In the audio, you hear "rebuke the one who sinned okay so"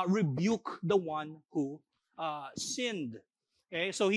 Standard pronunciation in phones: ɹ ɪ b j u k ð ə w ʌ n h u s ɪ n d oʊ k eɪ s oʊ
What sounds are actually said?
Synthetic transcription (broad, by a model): ɹ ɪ b j u k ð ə w ʌ n h u s ɪ n d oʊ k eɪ s oʊ